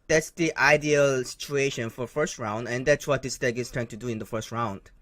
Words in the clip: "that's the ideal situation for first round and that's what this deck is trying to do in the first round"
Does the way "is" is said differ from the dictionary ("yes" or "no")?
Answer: yes